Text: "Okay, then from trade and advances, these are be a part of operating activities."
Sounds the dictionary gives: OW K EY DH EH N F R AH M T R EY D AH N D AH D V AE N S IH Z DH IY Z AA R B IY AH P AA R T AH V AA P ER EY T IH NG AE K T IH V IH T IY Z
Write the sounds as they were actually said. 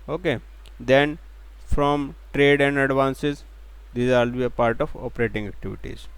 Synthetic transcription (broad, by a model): OW K EY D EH N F R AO M T R EY D AH N D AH D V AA N S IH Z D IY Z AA L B IY AH P AA R T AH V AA P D EY T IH NG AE K T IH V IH T IY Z